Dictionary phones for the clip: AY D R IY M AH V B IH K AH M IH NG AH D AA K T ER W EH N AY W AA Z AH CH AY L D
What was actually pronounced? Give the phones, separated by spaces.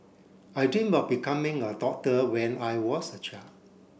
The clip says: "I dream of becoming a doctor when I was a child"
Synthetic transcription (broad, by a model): AY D IY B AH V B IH K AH M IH NG AH D AA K T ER W EH N AY W AA S AH CH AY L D